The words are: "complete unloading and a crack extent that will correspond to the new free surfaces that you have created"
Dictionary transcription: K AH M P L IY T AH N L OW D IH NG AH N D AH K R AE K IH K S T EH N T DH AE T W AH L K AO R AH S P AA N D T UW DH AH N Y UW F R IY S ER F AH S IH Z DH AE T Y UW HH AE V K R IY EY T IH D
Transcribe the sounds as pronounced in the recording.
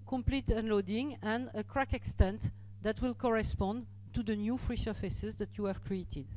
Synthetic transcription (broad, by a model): K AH M P L IY T AH N L OW D IH NG AH N D AH K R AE K IH K S T EH N T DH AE T W AH L K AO R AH S P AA N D T UW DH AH N Y UW F R IY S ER F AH S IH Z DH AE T Y UW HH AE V K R IY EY T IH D